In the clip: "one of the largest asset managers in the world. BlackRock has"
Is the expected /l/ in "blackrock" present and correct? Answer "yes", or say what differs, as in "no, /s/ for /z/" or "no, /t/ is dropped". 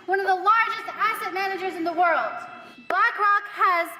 no, /l/ is dropped